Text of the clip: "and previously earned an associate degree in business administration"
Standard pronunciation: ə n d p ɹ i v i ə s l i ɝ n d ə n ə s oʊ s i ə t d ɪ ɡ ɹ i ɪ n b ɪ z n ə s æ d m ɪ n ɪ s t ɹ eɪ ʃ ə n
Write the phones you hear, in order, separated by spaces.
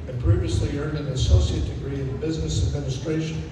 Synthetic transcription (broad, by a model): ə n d p ɹ i v i ə s l i ɝ n d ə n ə s oʊ s i ə t d ɪ ɡ ɹ i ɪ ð b ɪ z n ə s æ d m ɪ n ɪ s t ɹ eɪ ʃ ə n